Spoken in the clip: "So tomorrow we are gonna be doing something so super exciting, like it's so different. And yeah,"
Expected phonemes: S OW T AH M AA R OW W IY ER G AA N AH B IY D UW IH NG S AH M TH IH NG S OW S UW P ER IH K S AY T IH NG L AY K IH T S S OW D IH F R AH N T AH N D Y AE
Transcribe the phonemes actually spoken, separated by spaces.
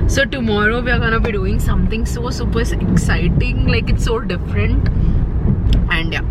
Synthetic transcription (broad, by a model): S OW T AH M AA R OW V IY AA G AA N AH B IY D UW IH NG S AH M T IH NG S OW S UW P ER IH K S AY T IH NG L AY K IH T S S OW D IH F R AH N T AH N D Y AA